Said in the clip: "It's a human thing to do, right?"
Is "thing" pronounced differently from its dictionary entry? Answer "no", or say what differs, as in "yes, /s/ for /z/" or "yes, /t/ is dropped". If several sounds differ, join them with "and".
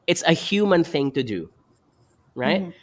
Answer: no